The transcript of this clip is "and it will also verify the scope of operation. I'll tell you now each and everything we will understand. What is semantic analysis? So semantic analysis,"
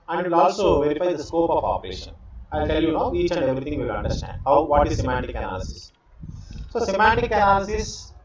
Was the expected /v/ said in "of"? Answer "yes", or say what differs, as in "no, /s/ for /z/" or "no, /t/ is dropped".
no, /p/ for /v/